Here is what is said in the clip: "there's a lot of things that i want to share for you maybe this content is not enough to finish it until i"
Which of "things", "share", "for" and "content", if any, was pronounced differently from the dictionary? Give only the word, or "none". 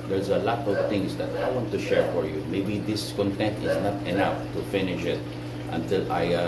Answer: things